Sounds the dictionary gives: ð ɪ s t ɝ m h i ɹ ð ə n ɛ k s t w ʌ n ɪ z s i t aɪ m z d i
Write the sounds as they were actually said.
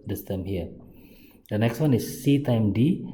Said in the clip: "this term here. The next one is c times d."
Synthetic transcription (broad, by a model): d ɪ s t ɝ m h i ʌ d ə n ɛ k s t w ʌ n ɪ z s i t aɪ m d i